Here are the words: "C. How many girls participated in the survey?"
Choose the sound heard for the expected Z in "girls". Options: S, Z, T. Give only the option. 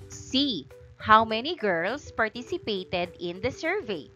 S